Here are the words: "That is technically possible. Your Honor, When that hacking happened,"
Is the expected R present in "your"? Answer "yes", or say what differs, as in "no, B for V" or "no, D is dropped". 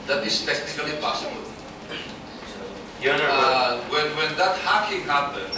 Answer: no, W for R